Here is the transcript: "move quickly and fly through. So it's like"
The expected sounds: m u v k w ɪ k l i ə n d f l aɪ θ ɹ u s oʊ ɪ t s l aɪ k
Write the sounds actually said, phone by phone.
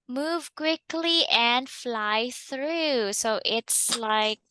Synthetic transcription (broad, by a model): m u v k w ɪ k l i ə n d f l aɪ θ ɹ u s oʊ ɪ t s l aɪ k